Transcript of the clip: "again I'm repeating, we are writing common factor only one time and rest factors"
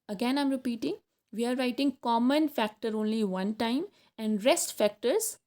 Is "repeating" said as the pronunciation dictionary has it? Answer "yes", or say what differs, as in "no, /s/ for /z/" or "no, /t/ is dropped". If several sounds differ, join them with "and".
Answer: yes